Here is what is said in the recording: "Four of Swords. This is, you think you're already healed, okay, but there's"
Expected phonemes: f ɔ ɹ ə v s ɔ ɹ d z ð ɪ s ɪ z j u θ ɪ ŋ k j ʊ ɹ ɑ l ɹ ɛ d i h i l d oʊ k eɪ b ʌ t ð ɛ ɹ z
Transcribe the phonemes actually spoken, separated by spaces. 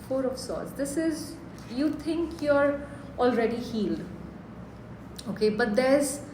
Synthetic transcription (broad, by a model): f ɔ ɹ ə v s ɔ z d ɪ s ɪ z j u t ɪ ŋ k j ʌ ɹ ɑ l ɹ ɛ d i h i l d oʊ k eɪ b ʌ t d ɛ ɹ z